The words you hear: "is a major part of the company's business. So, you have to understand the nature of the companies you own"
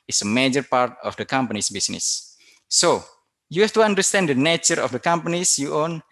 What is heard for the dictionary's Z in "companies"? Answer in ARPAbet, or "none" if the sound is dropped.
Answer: S